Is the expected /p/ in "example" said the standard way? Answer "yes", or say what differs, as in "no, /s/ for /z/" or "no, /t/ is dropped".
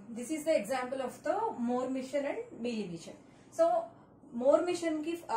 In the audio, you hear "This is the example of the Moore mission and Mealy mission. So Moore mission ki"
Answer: yes